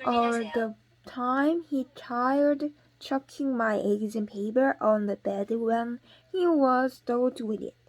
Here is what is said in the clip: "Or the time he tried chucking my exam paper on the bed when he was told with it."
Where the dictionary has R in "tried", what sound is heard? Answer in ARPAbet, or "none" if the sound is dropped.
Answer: none